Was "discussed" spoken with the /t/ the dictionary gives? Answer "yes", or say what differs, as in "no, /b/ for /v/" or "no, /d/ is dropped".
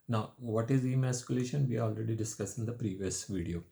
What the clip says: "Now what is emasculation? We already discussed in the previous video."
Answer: no, /t/ is dropped